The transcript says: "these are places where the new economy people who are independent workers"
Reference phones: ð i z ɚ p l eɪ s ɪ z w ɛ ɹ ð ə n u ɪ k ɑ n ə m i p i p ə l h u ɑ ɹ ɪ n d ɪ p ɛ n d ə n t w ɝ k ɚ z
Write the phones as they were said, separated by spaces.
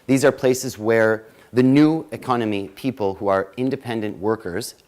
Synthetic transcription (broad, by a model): ð i z ɚ p l eɪ s ɪ z w ɛ ɹ ð ə n u ɪ k ɑ n ə m i p i p ə l h u ɑ ɹ ɪ n d ɪ p ɛ n d ə n t w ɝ k ɚ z